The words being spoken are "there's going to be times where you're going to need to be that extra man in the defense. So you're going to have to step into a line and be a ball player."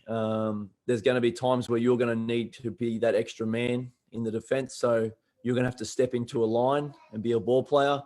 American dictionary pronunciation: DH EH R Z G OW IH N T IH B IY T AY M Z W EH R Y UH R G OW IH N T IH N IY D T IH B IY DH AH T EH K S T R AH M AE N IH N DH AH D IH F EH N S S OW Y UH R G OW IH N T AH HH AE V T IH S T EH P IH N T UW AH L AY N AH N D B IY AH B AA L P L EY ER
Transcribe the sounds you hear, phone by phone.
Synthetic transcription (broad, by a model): DH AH R Z G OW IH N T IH B IY T AY M Z W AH R Y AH R G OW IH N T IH N IY D T IH B IY DH AH T EH K S T R AH M AE N IH N DH AH D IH F EH N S S OW Y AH R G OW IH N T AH HH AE F T IH S T EH P IH N T UW AH L AY N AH N B IY AH B AA L P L EY ER